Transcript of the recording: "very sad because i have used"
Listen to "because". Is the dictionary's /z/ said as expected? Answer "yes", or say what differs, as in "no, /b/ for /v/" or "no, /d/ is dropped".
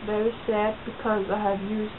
yes